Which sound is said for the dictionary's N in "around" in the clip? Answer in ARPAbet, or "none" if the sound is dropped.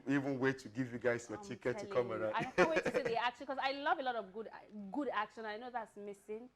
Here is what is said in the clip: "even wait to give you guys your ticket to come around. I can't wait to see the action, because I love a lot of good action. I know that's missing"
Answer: none